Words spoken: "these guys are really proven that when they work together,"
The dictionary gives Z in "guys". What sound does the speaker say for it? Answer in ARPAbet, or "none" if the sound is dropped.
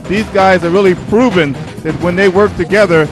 Z